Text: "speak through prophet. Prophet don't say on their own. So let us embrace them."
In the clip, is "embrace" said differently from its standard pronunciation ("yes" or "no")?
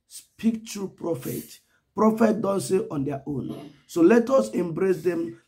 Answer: no